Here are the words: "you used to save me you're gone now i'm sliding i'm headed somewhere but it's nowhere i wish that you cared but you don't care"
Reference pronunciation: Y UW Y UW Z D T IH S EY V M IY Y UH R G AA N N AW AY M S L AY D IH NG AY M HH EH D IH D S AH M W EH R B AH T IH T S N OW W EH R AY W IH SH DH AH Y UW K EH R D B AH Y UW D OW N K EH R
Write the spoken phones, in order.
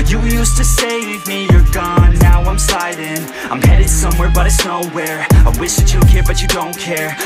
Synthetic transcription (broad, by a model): Y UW Y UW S T IH S EY W M IY Y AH R G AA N N AW AY M S AY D IH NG AY M HH EH D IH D S AH M W EH R B AH T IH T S N OW W EH R AY W IH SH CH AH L K EH R B AH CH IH D OW N K EH R